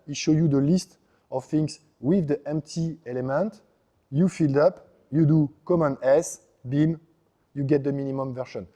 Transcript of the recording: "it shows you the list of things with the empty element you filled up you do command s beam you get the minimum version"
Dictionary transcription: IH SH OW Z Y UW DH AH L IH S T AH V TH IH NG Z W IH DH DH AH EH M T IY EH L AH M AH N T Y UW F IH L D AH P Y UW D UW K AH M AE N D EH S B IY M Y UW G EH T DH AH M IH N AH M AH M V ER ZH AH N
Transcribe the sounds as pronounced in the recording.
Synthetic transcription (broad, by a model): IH SH OW Y UW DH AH L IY S T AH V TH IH NG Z W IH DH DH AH EH M T IY EH L AH M AH N T Y UW F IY L D AH P Y UW D UW K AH M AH N EH S B IY M Y UW G EH T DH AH M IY N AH M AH M V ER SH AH N